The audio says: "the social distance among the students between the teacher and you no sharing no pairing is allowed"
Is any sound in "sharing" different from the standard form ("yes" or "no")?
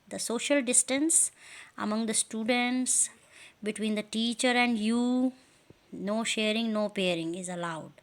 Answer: no